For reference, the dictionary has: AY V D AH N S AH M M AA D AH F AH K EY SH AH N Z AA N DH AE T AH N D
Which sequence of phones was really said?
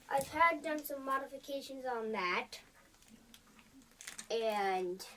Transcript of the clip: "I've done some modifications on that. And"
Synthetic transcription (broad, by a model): AY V D AH N S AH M M AA D AH F AH K EY SH AH N Z N DH AE T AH N